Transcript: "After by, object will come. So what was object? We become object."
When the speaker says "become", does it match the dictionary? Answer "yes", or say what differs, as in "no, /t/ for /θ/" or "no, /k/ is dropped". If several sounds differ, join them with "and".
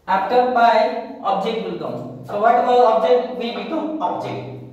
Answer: no, /m/ is dropped